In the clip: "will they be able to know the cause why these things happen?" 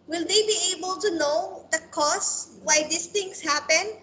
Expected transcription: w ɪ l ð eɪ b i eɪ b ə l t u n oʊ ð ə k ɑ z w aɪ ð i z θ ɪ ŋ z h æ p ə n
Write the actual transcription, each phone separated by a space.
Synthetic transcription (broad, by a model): w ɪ l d eɪ b i eɪ b ə l t u n oʊ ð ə k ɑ s w aɪ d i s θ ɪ ŋ s h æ p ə n